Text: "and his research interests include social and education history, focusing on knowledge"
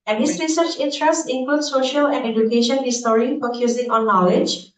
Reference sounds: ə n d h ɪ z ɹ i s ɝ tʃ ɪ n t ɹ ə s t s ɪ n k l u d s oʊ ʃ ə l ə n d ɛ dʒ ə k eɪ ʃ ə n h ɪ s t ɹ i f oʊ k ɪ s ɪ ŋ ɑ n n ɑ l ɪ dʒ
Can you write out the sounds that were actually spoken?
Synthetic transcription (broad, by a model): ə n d h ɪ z ɹ i s ɝ tʃ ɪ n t ɹ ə s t ɪ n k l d s oʊ ʃ ə l ə n d ɛ dʒ ə k eɪ ʃ ə n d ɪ s t ɹ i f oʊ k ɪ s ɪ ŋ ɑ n n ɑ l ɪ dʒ